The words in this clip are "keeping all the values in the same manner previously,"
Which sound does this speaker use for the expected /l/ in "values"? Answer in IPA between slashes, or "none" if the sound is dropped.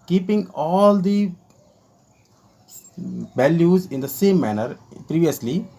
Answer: /l/